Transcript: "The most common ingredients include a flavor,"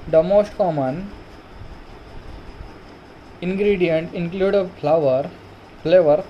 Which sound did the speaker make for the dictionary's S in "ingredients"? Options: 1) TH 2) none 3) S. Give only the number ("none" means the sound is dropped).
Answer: 2